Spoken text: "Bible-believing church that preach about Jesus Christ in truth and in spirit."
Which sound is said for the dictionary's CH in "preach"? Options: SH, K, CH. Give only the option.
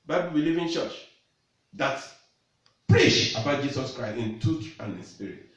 SH